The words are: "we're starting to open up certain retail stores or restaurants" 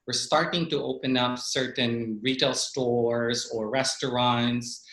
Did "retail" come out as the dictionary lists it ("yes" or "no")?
yes